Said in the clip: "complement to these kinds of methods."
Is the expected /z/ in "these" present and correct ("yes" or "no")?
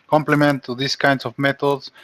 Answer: no